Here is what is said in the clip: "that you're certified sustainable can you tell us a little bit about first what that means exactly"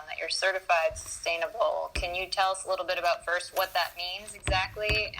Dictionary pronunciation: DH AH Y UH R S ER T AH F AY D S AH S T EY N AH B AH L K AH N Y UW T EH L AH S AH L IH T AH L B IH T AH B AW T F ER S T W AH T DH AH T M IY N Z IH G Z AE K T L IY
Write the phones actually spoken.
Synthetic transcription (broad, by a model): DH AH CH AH R S ER T AH F AY D S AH S T EY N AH B L K AH N Y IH T EH L AH S AH L IH T L B IH T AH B AW T F ER S T W AH T DH AH T M IY N Z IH G Z AE K T L IY